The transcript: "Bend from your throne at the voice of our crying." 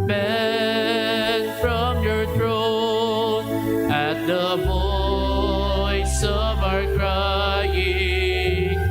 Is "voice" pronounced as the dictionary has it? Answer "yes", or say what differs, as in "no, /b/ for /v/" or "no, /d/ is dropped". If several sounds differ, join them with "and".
no, /b/ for /v/